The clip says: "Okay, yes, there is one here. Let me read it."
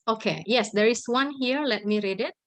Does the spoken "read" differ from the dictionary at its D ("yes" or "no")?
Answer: no